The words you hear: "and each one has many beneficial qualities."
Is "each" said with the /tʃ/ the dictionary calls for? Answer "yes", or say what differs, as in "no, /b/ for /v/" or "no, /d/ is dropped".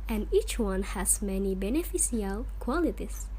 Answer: yes